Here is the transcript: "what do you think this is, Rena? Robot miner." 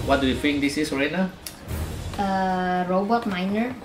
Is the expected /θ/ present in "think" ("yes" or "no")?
no